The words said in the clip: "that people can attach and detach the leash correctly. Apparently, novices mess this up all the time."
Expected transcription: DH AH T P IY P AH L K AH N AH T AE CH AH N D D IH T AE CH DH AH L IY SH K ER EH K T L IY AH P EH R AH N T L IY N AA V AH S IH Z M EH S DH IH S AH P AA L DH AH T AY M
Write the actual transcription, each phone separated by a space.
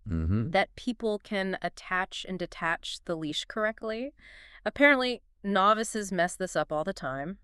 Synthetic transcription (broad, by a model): DH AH T P IY P L K AH N AH T AE CH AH N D D IH T AE CH DH AH L IY SH K ER EH K T L IY AH P EH R AH N T L IY N AA V AH S IH Z M EH S DH IH S AH P AA L DH AH T AY M